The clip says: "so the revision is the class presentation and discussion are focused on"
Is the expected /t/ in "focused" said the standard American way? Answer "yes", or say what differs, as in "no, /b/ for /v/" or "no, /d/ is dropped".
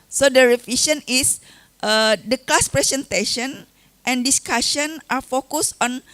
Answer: no, /t/ is dropped